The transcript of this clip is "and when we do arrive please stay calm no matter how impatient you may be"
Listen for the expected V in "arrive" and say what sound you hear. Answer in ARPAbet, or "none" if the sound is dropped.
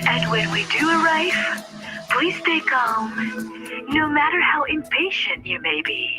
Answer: F